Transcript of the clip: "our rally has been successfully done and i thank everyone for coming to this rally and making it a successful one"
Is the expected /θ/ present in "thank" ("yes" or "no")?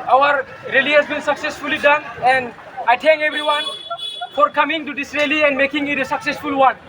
no